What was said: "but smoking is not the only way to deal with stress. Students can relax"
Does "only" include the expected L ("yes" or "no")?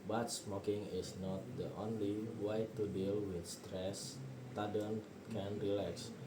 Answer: yes